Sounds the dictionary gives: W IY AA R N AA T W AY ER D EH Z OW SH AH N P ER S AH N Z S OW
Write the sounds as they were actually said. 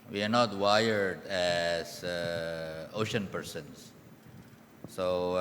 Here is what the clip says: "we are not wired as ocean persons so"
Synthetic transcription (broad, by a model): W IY AA R N AA T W AY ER D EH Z OW SH AH N P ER S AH N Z S OW